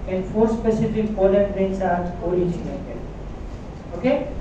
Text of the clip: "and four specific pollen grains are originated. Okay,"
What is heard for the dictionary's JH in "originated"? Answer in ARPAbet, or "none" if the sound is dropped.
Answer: CH